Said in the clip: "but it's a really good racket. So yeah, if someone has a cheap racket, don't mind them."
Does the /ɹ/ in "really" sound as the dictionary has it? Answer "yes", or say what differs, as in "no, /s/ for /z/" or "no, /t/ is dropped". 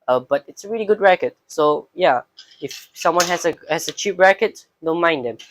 yes